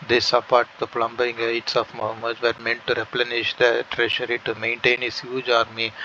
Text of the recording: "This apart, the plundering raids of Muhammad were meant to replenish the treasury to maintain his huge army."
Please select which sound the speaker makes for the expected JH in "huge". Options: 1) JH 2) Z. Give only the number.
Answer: 1